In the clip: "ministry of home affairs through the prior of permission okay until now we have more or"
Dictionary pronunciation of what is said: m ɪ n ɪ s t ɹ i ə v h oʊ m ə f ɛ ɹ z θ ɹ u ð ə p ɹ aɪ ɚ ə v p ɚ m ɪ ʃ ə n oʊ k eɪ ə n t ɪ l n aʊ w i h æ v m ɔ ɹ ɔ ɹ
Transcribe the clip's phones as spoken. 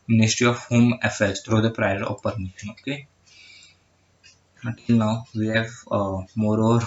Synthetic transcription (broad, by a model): m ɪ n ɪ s t ɹ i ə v h oʊ m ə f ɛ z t ɹ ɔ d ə p ɹ aɪ ɚ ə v p ɚ m ɪ ʃ ə n oʊ k eɪ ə t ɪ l n aʊ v i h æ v m ɔ ɹ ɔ ɹ